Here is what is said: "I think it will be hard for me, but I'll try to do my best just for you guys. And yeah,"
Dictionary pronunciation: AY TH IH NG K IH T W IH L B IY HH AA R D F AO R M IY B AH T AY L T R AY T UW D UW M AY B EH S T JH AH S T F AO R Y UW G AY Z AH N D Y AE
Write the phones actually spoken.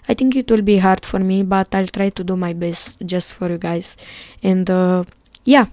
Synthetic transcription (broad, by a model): AY T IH NG K IH T W IH L B IY HH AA R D F AO R M IY B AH T AY L T R AY T UW D UW M AY B EH S T JH AH S T F AO R Y UW G AY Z AH N D Y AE